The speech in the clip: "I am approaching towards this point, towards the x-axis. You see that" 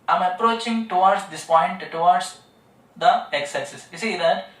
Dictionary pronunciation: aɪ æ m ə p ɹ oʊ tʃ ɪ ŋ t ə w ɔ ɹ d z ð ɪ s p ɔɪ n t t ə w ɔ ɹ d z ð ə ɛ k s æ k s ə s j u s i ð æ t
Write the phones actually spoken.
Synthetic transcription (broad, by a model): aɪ m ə p ɹ oʊ tʃ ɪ ŋ t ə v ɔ ɹ d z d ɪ s p ɔɪ n t t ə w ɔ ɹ d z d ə ɛ k s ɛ s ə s j u s i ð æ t